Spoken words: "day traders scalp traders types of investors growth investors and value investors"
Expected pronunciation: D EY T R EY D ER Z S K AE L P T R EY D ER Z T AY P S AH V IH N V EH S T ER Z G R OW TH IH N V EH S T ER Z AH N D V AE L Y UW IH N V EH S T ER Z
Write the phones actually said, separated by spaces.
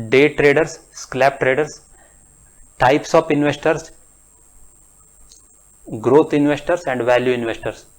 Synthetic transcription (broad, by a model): D EY T R EY D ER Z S K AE P T R EY D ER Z T AY P S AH P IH N V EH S T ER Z G R OW T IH N V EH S T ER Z AH N D V AE L Y UW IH N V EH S T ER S